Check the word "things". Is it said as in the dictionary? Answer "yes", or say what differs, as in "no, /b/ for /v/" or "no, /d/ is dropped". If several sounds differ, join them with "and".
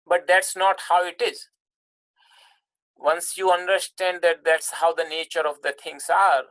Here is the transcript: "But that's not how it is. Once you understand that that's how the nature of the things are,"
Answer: no, /t/ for /θ/